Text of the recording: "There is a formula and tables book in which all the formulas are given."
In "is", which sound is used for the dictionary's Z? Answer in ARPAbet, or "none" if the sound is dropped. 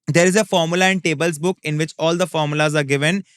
Z